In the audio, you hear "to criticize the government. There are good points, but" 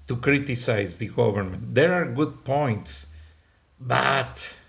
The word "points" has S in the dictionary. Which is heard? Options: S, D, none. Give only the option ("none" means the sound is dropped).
S